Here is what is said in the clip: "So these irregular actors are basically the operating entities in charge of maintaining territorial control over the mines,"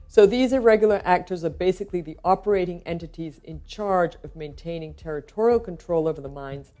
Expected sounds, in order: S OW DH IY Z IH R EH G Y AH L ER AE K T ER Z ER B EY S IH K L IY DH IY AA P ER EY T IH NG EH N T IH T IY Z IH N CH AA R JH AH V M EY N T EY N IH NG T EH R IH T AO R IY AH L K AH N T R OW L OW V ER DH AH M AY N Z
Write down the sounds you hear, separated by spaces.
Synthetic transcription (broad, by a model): S OW DH IY Z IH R EH G Y L ER AE K T ER Z ER B EY S IH K L IY DH IY AA P ER EY T IH NG EH N T IH T IY Z IH N CH AA R JH AH V M EY N T EY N IH NG T EH R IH T AO R IY L K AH N T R OW L OW V ER DH AH M AY N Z